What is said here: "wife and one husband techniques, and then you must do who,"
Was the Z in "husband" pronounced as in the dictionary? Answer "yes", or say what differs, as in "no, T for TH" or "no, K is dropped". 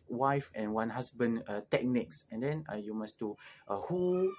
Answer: no, S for Z